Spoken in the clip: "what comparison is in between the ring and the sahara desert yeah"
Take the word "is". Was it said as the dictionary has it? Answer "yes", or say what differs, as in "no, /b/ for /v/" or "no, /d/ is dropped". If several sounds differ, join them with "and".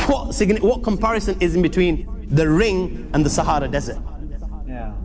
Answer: yes